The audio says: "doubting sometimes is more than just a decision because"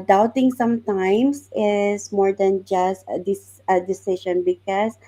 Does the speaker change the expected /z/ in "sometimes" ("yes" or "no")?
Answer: yes